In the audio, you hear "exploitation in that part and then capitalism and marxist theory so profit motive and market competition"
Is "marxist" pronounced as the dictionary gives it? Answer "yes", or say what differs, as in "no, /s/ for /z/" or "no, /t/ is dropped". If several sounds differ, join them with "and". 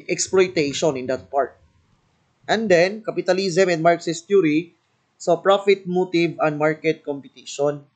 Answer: yes